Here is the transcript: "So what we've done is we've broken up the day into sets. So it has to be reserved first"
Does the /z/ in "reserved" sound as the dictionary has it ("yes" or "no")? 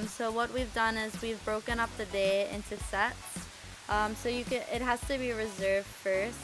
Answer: yes